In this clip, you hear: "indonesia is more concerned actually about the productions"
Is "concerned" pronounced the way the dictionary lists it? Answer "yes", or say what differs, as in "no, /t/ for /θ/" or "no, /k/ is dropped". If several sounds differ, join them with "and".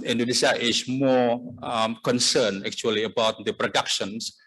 no, /d/ is dropped